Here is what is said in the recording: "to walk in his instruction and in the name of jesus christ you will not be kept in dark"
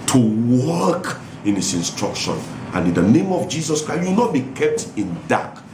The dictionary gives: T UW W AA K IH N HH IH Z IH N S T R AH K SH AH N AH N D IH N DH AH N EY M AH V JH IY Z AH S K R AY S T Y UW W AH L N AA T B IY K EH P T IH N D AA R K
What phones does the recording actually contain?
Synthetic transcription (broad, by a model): T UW W AA K IH N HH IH S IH N S T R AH K SH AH N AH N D IH N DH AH N EY M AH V JH IY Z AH S K R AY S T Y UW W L N AA T B IY K EH P T IH N D AA K